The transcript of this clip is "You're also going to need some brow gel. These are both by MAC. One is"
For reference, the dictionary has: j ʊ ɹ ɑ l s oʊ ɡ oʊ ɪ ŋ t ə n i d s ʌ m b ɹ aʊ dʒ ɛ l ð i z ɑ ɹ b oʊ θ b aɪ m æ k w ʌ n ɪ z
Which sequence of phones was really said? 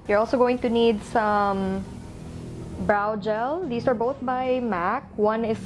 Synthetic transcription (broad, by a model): j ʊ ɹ ɑ l s oʊ ɡ oʊ ɪ ŋ t ə n i d s ʌ m b ɹ aʊ dʒ ɛ l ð i s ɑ ɹ b oʊ θ b aɪ m æ k w ʌ n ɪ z